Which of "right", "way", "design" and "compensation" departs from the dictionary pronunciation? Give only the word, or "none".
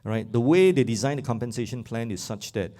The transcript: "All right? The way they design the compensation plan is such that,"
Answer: none